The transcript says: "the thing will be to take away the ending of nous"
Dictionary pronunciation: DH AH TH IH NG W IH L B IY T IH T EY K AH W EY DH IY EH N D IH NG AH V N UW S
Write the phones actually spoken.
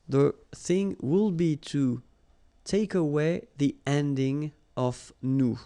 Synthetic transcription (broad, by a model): DH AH TH IH NG W IH L B IY T IH T EY K AH W EY DH IY EH N D IH NG AH V N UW